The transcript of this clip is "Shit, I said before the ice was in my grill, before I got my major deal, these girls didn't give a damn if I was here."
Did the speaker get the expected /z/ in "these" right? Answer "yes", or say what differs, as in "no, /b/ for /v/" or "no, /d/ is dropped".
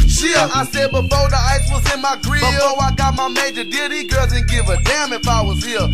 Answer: no, /z/ is dropped